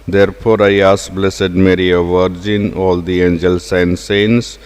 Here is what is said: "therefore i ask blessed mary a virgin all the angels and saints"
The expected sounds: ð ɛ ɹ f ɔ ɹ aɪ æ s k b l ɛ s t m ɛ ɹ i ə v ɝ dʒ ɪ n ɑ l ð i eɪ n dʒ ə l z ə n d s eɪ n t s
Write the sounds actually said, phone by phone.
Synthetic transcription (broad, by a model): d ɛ ɹ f ɔ ɹ aɪ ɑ s b l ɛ s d m ɛ ɹ i ə v ɝ dʒ ɪ n ɑ l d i eɪ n dʒ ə l s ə n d s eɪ n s